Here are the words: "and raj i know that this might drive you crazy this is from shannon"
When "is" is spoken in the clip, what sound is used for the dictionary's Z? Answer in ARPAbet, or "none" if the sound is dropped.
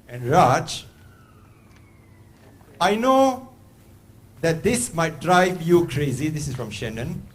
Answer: S